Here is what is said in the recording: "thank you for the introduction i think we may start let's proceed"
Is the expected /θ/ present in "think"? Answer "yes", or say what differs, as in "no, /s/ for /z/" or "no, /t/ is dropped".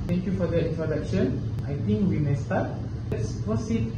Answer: no, /t/ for /θ/